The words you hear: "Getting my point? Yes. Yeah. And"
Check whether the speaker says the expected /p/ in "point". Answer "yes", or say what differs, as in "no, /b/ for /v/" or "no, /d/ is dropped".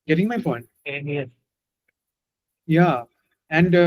no, /f/ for /p/